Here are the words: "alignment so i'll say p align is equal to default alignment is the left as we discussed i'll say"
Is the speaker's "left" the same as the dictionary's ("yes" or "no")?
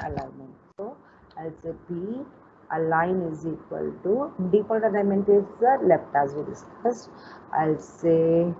no